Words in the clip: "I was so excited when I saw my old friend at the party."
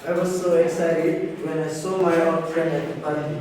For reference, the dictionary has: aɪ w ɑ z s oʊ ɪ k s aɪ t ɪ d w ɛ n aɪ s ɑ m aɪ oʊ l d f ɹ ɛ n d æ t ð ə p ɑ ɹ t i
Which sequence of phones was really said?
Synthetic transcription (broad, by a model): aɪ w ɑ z s oʊ ɪ k s aɪ t ɪ d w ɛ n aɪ s ɑ m aɪ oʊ d f ɹ ɛ n d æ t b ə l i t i